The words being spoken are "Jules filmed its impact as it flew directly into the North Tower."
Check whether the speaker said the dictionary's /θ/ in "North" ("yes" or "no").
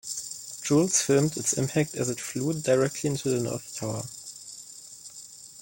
yes